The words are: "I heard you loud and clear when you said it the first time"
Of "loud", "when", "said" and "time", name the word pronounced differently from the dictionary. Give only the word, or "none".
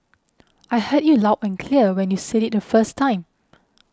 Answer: loud